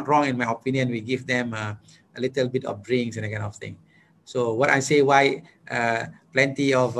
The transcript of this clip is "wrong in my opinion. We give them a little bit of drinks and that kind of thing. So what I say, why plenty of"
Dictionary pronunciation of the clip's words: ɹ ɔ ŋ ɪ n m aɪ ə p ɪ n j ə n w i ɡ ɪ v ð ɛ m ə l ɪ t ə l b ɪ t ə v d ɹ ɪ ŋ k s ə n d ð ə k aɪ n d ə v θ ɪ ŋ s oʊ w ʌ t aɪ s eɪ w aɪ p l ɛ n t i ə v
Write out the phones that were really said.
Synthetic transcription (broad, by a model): ɹ ɔ ŋ ɪ n m aɪ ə p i n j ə n w i ɡ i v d ɛ m ə l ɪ t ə l b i t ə f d ɹ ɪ ŋ s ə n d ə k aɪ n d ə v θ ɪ ŋ s oʊ w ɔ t aɪ s eɪ w aɪ p l ɛ n t i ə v